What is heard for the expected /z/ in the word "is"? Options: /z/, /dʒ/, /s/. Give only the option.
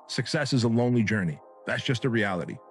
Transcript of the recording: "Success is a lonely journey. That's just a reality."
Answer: /z/